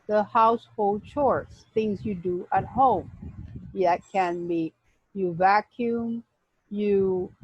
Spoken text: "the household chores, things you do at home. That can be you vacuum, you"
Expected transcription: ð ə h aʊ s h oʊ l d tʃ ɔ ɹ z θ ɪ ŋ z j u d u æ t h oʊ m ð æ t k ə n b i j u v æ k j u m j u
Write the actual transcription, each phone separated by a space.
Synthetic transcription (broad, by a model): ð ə h aʊ s h oʊ l d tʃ ɔ ɹ s θ ɪ ŋ z j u d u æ t h oʊ m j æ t k ə n b i j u v æ k j u m j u